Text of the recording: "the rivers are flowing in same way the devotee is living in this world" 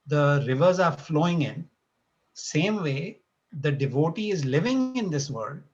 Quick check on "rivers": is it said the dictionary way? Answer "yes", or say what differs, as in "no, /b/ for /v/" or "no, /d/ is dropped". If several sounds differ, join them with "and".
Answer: yes